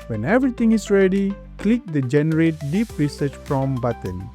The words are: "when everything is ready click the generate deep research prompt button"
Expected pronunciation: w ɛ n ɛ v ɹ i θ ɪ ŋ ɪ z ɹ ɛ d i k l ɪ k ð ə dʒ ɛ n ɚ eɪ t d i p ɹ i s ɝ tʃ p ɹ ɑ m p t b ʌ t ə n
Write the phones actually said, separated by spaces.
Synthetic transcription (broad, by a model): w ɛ n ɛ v ɹ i t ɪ ŋ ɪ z ɹ ɛ d i k l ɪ k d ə dʒ ɛ n ɚ eɪ t d i p ɹ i s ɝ tʃ f ɹ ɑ m b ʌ t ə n